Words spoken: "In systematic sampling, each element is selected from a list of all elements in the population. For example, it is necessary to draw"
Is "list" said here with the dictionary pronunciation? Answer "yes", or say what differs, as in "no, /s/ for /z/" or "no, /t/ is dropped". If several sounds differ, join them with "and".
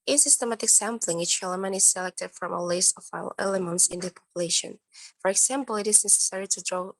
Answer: no, /t/ is dropped